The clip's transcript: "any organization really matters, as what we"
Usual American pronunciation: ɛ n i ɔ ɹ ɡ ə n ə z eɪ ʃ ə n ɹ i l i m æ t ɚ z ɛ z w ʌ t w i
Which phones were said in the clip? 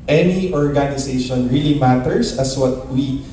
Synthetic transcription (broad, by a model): ɛ n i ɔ ɹ ɡ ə n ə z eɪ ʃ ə n ɹ i l i m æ t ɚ s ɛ s w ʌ t w i